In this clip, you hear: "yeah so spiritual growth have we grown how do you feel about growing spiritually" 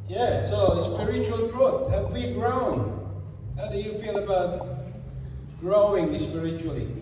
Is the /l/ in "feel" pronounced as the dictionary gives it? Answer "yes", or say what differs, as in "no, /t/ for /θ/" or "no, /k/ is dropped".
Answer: no, /n/ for /l/